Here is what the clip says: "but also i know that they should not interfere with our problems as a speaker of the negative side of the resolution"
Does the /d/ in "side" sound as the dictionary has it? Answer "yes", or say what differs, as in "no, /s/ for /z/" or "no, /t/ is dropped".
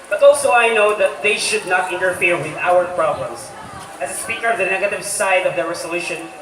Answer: yes